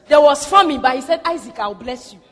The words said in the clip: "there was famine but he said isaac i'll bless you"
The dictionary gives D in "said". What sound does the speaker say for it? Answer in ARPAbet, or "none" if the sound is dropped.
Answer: D